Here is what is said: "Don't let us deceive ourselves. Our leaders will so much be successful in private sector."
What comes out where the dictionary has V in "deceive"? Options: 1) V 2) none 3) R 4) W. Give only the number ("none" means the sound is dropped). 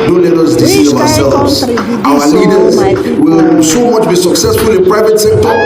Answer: 2